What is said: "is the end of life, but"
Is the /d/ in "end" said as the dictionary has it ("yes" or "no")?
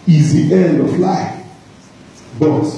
yes